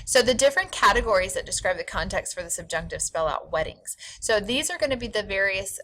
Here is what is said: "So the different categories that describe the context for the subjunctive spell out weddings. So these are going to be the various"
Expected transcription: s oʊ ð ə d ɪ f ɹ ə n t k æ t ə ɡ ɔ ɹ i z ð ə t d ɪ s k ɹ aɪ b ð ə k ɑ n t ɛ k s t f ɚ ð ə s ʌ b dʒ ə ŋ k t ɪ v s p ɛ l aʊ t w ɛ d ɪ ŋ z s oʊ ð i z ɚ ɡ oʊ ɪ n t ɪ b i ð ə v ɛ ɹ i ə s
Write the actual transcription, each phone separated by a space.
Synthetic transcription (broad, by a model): s oʊ ð ə d ɪ f ɹ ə n k æ t ə ɡ ɔ ɹ i z ð ə t d ɪ s k ɹ aɪ b ð ə k ɑ n t ɛ k s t f ɚ ð ə s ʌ b dʒ ə ŋ k t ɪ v s p ɛ l aʊ t w ɛ d ɪ ŋ z s oʊ ð i z ɚ ɡ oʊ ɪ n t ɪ b i ð ə v ɛ ɹ i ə s